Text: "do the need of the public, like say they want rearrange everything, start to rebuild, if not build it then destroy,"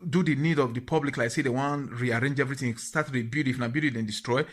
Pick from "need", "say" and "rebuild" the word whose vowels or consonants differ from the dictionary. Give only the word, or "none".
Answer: rebuild